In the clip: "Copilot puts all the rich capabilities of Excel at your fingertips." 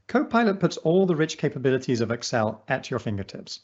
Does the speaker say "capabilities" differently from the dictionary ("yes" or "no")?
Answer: no